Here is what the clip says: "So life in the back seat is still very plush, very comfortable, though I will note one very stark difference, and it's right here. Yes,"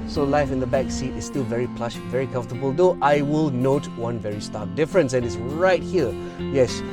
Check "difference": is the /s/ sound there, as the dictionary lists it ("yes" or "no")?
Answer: yes